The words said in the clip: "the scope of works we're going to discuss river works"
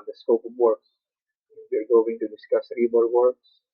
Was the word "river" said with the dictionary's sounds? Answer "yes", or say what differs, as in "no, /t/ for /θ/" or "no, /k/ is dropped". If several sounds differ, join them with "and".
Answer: no, /b/ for /v/